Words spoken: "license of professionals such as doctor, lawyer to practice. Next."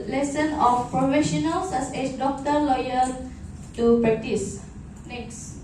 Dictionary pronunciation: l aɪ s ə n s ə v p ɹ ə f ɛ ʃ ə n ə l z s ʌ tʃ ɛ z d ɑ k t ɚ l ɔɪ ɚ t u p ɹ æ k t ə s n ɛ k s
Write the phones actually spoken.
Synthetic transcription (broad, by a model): l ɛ s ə n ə f p ɹ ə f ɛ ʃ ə n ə l s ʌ s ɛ s d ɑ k t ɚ l ɔɪ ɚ t u p ɹ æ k t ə s n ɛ k s